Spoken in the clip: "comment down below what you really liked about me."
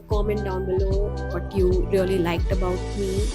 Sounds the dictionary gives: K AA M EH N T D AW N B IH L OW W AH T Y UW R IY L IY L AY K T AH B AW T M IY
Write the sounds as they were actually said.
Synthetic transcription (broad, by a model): K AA M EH N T D AW N B IH L OW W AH T Y UW R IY L IY L AY K T AH B AW T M IY